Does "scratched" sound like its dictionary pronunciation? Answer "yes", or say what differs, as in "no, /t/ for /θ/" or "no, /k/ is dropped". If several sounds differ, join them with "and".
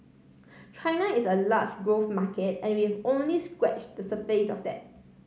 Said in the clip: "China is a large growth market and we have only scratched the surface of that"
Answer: no, /w/ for /ɹ/